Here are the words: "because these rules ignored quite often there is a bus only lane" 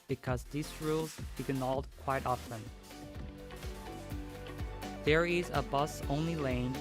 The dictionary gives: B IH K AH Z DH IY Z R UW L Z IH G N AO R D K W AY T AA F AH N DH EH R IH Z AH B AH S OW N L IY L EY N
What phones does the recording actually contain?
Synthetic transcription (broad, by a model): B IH K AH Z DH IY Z R UW L Z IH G N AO L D K W AY T AA F AH N DH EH R IH Z AH B AH S OW N L IY L EY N